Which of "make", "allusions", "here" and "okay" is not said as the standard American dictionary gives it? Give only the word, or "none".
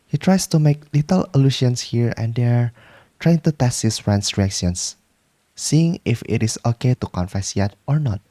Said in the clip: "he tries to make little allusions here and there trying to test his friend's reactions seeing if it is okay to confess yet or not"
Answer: allusions